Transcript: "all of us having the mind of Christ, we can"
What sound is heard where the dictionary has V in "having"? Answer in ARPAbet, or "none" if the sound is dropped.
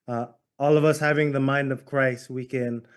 V